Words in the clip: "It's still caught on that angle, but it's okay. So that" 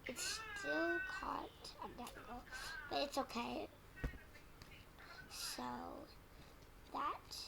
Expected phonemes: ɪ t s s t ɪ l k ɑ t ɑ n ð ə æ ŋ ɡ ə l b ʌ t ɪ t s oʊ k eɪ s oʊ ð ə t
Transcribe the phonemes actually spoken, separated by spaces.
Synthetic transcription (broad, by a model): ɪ t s s t ɪ l k ɑ t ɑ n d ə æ ɡ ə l b ʌ t ɪ t s oʊ k eɪ s oʊ ð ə t